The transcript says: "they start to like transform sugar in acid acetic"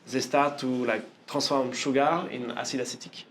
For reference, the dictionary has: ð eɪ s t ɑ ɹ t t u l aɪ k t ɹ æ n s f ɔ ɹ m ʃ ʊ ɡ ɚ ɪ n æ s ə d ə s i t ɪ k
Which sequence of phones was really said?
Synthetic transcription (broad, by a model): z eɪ s t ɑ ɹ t t u l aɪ t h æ s f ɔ ɹ m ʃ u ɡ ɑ ɪ n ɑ s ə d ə s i t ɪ k